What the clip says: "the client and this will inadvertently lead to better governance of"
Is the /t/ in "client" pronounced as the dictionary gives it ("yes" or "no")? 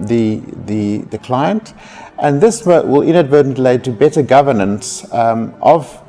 yes